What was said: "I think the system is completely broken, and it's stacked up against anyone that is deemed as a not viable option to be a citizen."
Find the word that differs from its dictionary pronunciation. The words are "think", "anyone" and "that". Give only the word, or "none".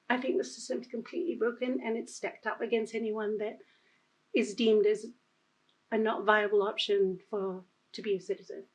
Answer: none